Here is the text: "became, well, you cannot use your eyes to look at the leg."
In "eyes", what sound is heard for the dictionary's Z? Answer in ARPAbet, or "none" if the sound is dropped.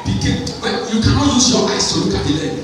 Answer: S